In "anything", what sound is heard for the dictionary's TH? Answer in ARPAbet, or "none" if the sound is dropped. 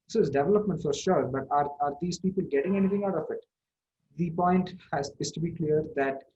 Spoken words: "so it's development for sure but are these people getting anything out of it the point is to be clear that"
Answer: T